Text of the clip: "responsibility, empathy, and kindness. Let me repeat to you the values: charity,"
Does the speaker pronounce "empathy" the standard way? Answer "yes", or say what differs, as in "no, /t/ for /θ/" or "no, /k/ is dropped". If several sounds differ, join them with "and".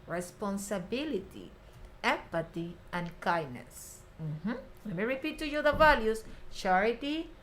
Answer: no, /t/ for /θ/